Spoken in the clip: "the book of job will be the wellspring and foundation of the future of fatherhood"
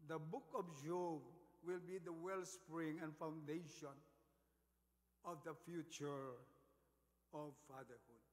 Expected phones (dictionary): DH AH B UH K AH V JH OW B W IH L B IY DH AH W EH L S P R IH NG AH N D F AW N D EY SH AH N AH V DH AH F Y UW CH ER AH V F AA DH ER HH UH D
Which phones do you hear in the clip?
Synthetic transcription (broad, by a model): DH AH B UH K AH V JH OW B W IH L B IY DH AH W EH L S P R IH NG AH N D F AW N D EY SH AH N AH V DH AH F Y UW CH ER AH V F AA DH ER HH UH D